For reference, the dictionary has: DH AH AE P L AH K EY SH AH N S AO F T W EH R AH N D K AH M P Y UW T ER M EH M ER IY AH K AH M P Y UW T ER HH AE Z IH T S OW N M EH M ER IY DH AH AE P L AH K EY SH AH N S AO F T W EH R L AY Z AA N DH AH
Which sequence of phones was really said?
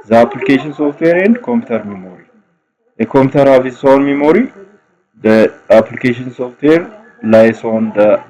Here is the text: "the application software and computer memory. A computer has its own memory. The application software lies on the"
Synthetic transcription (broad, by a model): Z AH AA P L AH K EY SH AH N S AO F T W EH R AH N D K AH M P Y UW T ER M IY M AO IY AH K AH M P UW T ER HH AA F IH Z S OW N M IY M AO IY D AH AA P L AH K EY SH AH N S AO F T W EH R L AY S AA N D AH